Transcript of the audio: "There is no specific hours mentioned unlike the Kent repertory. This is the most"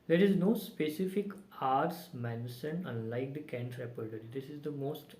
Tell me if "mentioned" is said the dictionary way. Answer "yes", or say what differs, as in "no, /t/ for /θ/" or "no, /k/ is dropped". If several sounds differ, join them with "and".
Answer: no, /s/ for /ʃ/ and /d/ is dropped